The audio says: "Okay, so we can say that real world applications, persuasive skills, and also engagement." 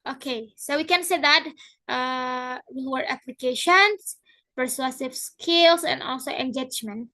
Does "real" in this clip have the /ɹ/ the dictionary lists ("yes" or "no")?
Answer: no